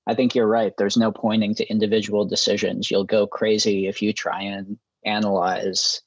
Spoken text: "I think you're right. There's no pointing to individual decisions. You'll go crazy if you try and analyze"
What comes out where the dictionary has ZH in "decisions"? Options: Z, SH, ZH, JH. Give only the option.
ZH